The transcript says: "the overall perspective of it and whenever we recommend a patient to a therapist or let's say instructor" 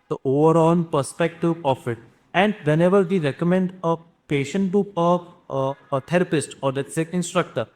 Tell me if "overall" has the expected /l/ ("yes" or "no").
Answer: no